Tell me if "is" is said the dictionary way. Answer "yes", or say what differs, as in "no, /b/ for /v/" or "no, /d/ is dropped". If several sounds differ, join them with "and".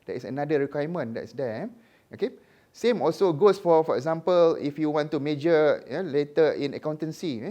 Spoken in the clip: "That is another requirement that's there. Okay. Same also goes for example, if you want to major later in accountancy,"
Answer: no, /s/ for /z/